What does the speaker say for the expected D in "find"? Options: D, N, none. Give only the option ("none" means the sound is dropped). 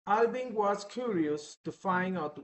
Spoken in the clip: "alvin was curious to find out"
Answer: none